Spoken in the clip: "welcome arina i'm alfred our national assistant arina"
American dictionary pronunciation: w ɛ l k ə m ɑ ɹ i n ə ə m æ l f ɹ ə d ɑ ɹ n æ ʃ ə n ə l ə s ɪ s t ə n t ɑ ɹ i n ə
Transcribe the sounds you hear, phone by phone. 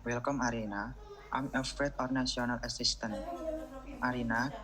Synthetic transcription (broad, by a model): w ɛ l k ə m ɑ ɹ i n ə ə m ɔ f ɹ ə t ɑ ɹ n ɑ s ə n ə l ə s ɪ s t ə n t ɑ ɹ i n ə